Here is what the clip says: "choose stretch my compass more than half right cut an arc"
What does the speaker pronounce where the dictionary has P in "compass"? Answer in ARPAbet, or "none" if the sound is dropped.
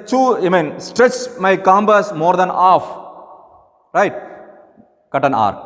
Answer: B